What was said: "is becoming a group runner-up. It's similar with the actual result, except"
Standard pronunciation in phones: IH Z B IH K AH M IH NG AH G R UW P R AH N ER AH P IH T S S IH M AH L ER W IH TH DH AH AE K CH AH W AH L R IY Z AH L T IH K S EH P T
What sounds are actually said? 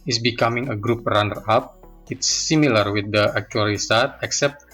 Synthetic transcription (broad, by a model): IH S B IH K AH M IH NG AH G R UW P R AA N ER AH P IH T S S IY M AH L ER W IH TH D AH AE K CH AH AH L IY S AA T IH K S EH P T